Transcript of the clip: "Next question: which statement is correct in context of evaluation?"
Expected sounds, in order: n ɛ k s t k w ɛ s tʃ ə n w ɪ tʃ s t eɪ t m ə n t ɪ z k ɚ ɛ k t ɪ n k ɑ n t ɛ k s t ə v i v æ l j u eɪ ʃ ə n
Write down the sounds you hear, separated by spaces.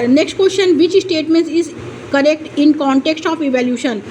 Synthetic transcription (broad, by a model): n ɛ k s t k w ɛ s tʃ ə n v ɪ tʃ s t eɪ t m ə n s ɪ z k ɚ ɛ k t ɪ n k ɑ n t ɛ k s t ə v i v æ l j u ʃ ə n